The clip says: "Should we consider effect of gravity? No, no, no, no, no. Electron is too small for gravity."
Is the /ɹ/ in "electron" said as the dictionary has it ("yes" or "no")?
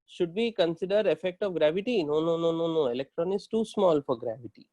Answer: yes